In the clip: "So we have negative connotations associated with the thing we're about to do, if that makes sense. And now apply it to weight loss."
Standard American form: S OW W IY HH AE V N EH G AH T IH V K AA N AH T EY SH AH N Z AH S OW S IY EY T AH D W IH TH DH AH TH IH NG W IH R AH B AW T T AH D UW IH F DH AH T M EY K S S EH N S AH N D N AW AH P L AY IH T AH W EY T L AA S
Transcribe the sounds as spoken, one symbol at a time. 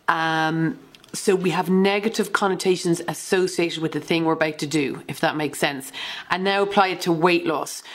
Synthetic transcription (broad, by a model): S OW W IY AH V N EH G AH T IH V K AA N AH T EY SH AH N Z AH S OW S IY EY T AH D W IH DH AH TH IH NG W IH R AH B AW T T AH D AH IH F DH AH T M EY K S S EH N S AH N N AW AH P L AY IH T AH W EY T L AA S